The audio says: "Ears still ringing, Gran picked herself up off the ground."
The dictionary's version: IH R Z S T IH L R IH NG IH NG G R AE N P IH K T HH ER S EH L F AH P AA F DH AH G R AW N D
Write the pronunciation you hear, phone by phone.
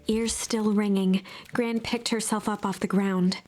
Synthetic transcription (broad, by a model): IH R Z S T IH L R IH NG IH NG G R AE N P IH K T HH ER S EH L F AH P AA F DH AH G R AW N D